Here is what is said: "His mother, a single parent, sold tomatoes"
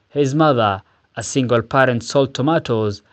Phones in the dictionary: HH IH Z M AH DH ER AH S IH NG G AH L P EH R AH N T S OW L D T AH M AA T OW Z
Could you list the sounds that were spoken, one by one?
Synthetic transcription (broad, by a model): HH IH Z M AH DH ER AH S IH NG G AH L P EH R AH N T S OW L T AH M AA T OW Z